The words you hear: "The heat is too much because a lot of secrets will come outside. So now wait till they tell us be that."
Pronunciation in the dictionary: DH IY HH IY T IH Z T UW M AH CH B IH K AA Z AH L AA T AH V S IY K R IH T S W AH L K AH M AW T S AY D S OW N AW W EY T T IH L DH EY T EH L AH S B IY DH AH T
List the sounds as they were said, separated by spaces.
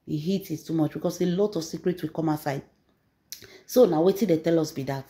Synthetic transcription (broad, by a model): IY HH IY T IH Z T UW M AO CH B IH K AA S AH L AA T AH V S IY K R IH T S W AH K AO M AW S AY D S OW N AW W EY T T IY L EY T EH L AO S B IY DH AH T